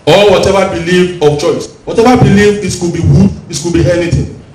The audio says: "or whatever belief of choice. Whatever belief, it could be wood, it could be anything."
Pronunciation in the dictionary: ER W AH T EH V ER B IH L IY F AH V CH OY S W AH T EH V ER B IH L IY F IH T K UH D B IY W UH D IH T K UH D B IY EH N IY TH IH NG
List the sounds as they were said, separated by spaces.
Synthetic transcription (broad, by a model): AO W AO T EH V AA B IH L IY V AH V CH OY S W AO T EH V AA B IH L IY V IH T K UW B IY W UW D IH T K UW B IY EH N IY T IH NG